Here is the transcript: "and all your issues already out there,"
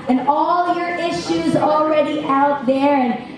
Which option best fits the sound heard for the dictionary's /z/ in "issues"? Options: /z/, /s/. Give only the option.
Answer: /z/